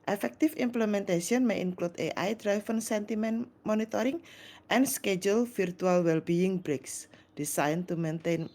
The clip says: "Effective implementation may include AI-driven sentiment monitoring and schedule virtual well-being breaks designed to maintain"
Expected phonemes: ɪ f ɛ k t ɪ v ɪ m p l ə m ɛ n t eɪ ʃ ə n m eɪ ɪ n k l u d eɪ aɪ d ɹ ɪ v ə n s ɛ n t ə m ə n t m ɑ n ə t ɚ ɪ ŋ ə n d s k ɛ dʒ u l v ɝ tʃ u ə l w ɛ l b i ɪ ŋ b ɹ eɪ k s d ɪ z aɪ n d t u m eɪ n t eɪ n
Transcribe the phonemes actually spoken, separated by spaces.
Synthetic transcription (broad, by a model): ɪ f ɛ k t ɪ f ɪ m p l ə m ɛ n t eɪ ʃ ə n m eɪ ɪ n k l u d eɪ aɪ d ɹ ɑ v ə n s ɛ n t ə m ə n m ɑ n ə t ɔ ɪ ŋ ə n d s k ɛ dʒ u l f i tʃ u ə l w ɛ l b i ɪ ŋ b ɹ eɪ k s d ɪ s aɪ n t u m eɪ n t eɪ n